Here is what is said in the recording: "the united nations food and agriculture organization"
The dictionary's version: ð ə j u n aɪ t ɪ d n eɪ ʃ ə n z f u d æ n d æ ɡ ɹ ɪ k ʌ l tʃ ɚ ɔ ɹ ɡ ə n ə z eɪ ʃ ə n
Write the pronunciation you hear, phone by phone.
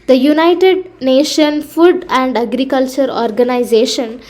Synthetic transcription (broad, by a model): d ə j u n aɪ t ɪ d n eɪ ʃ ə n f u d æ n d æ ɡ ɹ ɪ k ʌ l tʃ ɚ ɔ ɹ ɡ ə n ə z eɪ ʃ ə n